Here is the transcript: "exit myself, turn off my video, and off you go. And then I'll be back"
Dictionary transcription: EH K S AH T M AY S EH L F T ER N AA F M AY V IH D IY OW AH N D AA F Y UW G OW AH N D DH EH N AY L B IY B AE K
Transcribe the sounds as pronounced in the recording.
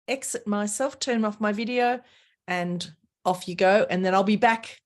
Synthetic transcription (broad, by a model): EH K S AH T M AY S EH L F T ER N AA F M AY V IH D IY OW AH N AA F Y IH G OW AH N DH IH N AY L B IY B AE K